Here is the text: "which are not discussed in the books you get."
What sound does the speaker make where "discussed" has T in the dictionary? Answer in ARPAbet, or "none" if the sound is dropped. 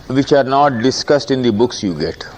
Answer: T